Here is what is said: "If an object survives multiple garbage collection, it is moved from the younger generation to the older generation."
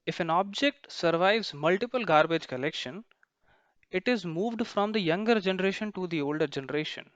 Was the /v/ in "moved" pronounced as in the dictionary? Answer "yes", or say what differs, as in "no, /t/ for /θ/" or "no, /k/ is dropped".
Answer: yes